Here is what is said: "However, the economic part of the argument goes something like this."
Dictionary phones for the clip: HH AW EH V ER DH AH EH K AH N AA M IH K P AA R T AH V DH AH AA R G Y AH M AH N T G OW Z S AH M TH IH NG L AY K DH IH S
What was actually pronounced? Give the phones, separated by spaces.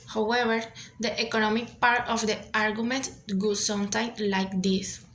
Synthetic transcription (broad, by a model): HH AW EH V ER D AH EH K AH N AA M IH K P AA R T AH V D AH AA R G Y AH M AH N T G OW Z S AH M T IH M L AY K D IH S